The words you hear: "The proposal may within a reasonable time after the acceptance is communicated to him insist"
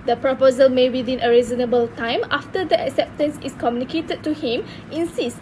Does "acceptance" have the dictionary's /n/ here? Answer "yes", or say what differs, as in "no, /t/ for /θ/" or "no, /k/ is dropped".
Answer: yes